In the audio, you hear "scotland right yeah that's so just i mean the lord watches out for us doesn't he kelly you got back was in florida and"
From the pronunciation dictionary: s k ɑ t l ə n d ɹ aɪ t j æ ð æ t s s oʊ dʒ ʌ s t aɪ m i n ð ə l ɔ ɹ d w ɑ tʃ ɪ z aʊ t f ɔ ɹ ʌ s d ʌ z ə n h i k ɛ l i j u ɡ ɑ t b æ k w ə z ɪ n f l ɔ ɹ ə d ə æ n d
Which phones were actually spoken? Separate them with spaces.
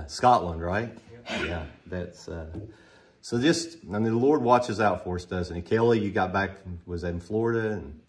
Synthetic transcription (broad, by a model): s k ɑ t l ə n d ɹ aɪ t j æ ð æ t s s oʊ dʒ ʌ s t aɪ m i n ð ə l ɔ ɹ d w ɑ tʃ ɪ z aʊ t f ɔ ɹ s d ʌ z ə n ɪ k ɛ l i j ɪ ɡ ɑ t b æ k w ə z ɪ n f l ɔ ɹ ə d ə n